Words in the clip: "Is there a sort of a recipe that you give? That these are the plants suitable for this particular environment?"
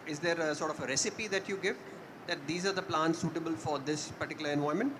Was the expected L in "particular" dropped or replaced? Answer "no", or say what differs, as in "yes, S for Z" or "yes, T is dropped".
no